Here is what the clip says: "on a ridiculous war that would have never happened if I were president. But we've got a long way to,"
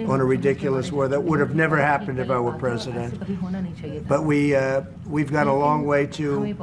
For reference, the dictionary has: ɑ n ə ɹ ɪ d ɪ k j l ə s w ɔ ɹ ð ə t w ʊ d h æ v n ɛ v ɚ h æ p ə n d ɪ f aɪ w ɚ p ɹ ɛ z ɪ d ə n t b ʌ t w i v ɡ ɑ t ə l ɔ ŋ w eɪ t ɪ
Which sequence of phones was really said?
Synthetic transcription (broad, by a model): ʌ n ə ɹ ɪ d ɪ k j l ə s w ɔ ɹ ð ə t w ʊ d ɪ v n ɛ v ɚ h æ p ə n d ɪ f aɪ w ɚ p ɹ ɛ z ɪ d ə n t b ʌ t w i v ɡ ɑ t ə l ɔ ŋ w eɪ t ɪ